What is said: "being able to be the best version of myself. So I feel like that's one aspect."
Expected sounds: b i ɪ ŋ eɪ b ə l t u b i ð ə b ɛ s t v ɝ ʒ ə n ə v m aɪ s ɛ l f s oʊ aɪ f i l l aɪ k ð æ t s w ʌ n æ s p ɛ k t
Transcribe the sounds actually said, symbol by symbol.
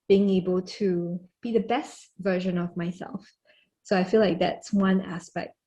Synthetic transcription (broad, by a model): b i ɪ ŋ eɪ b ə l t u b i ð ə b ɛ s t v ɝ ʒ ə n ə v m aɪ s ɛ l f s oʊ aɪ f i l l aɪ k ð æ t s w ʌ n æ s p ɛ k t